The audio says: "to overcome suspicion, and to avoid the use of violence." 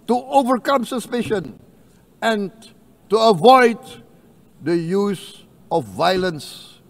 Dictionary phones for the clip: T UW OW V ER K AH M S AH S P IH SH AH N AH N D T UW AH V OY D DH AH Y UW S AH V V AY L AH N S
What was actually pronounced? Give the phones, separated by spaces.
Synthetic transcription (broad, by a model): T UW OW V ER K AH M S AH S P IH SH AH N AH N T UW AH V OY D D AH Y UW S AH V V AY L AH N S